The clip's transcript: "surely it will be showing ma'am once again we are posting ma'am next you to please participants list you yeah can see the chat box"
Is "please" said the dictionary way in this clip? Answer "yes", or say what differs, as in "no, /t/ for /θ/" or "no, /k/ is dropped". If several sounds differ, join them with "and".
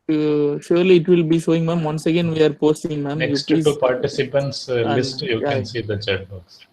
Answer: no, /z/ is dropped